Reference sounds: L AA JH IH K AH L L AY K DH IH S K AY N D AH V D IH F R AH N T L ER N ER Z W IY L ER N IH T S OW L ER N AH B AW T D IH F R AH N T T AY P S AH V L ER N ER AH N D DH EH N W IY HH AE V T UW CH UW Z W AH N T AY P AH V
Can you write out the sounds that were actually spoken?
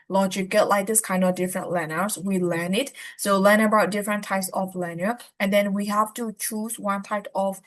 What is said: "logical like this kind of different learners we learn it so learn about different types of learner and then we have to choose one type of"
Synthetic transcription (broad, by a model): L AA JH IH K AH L L AY K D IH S K AY N D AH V D IH F R AH N T L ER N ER S W IY L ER N IH T S OW L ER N AH B AW T D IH F R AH N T T AY P S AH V L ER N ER AH N D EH N W IY HH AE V T UW CH UW S W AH N T AY P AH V